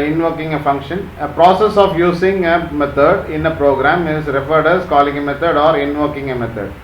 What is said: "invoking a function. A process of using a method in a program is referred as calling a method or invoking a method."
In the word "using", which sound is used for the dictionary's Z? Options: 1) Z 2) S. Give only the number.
2